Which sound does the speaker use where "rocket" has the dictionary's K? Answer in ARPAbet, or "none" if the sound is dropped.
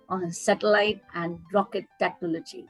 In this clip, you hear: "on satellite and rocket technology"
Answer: K